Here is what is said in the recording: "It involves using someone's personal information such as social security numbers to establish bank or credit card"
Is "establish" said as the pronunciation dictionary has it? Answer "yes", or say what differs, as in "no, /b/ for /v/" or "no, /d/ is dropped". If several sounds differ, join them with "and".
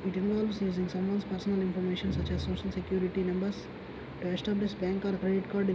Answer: no, /s/ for /ʃ/